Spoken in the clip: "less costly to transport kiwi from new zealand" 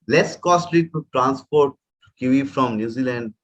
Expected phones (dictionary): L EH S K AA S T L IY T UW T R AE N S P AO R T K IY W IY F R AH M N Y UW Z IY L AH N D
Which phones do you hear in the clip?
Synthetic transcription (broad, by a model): L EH S K AA S T L IY T UW T R AE N S P AO R T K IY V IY F R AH M N Y UW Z IY L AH N D